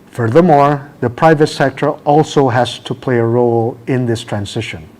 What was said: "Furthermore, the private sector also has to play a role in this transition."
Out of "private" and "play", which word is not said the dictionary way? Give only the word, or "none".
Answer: none